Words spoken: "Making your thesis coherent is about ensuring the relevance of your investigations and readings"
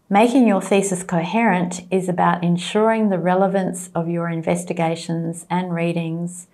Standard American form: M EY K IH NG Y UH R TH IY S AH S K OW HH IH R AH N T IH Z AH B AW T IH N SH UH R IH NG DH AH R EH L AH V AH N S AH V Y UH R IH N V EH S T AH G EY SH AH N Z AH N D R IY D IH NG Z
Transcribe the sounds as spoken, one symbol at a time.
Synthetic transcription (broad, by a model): M EY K IH NG Y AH R TH IY S AH S K OW HH IH R AH N T IH Z AH B AW T IH N SH UH R IH NG DH AH R EH L AH V AH N S AH V Y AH R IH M V EH S T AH G EY SH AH N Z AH N R IY D IH NG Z